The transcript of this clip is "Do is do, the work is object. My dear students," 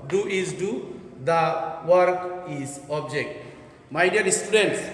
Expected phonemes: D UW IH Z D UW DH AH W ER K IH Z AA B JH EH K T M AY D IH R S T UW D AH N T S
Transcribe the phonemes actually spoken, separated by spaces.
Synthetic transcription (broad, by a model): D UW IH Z D UW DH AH W ER K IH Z AA B JH EH K T M AY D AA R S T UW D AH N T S